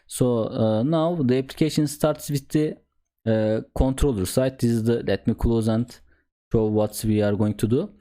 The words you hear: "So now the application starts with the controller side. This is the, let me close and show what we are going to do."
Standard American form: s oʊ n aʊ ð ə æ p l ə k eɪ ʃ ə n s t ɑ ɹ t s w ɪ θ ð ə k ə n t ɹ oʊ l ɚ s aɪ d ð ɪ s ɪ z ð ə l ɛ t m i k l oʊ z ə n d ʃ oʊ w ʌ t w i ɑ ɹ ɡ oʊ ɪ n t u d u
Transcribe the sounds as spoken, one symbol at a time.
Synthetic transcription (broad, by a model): s oʊ n aʊ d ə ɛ p l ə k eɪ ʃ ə n s t ɑ ɹ t s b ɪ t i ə k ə n t ɹ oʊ l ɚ s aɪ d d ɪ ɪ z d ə l ɛ t m i k l oʊ z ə n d ʃ oʊ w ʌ t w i ɑ ɹ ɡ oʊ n t u d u